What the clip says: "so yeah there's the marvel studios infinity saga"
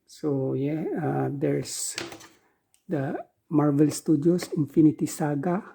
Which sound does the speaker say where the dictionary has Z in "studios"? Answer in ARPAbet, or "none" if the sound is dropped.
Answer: S